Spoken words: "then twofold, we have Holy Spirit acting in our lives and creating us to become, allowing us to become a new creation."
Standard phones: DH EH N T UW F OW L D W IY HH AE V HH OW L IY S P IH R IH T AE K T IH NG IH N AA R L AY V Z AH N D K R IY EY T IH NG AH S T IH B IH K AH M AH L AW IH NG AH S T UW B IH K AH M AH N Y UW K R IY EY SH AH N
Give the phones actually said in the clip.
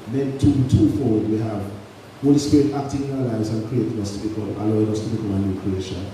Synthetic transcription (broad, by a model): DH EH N T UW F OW D W IY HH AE V HH OW L IY S P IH R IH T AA K T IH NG IH N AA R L AY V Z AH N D K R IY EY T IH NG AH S T IH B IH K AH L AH L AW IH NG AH S T UW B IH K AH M AH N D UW K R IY EY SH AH N